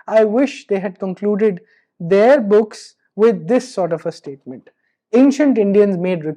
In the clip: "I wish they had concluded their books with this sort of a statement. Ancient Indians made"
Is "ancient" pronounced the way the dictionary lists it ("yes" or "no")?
yes